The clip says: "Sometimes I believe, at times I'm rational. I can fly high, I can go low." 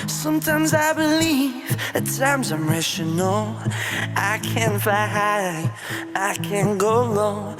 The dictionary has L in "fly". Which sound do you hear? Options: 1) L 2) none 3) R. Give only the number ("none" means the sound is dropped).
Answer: 2